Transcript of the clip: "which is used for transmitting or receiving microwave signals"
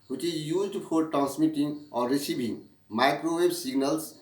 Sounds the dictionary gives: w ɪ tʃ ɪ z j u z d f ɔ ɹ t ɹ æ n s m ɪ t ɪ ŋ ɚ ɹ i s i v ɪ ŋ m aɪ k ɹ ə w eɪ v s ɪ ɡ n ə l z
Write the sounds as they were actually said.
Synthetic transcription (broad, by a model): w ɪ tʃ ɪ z j u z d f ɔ ɹ t ɹ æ n s m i t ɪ ŋ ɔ ɹ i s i b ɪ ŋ m aɪ k ɹ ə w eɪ b s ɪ ɡ n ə l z